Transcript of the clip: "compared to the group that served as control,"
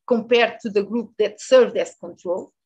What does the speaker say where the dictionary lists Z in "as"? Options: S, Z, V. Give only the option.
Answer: S